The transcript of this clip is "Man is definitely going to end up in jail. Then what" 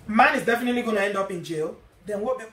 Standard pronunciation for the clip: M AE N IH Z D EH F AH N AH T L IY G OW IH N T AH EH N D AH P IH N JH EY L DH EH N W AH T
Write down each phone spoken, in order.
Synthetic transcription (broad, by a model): M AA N IH Z D EH F AH N AH T L IY G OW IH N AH EH N D AH P IH N JH EY L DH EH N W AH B